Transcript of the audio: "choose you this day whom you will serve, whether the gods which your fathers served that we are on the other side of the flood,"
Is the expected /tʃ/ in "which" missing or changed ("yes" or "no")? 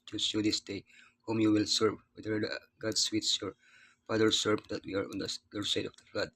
yes